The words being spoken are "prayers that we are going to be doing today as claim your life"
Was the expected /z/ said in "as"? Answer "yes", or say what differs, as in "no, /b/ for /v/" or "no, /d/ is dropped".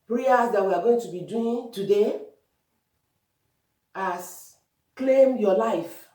no, /s/ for /z/